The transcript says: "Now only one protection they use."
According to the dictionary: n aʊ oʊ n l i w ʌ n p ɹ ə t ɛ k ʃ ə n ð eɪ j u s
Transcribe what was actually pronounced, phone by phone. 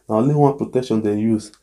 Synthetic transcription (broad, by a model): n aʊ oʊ l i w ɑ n p ɹ ə t ɛ k ʃ ə n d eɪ j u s